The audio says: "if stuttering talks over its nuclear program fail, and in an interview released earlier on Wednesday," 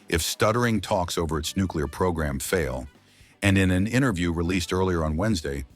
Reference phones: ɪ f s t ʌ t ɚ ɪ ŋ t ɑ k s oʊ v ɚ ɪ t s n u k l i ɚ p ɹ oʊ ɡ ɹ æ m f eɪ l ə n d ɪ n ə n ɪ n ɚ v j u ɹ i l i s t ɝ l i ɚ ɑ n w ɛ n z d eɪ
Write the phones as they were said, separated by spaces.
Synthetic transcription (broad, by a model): ɪ f s t ʌ t ɚ ɪ ŋ t ɑ k s oʊ v ɚ ɪ t s n u k l i ɚ p ɹ oʊ ɡ ɹ æ m f eɪ l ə n ɪ n ə n ɪ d ɚ v j u ɹ i l i s t ɝ l i ɚ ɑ n w ɛ n z d eɪ